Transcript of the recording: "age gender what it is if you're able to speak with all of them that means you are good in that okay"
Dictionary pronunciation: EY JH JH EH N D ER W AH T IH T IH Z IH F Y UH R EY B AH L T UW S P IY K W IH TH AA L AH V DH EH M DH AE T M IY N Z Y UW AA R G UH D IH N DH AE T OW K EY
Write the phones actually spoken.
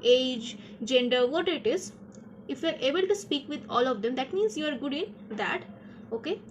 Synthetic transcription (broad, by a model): EY JH JH EH N D ER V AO T IH T IH Z IH F Y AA R EY B AH L T UW S P IY K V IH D AA L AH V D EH M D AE T M IY N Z Y UW AA R G UH D IH N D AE T OW K EY